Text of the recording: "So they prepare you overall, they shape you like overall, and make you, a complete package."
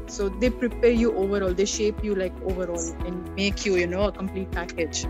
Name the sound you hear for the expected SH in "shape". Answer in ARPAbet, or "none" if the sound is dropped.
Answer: SH